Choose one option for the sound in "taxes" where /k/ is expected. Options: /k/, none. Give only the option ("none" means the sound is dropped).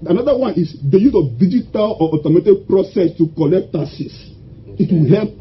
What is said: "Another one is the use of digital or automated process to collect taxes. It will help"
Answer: none